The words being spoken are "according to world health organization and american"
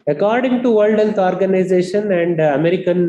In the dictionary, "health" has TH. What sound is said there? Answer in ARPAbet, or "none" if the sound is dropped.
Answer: S